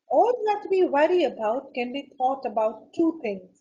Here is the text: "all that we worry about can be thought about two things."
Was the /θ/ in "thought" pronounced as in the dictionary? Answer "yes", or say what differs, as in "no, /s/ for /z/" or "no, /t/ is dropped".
no, /t/ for /θ/